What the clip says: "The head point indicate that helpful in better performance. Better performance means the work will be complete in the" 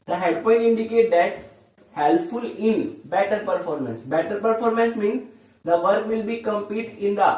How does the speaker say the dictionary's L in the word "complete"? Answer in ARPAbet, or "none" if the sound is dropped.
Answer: none